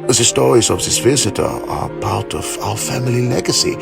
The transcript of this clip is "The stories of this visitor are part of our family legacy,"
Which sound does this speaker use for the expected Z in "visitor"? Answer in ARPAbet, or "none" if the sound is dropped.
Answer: Z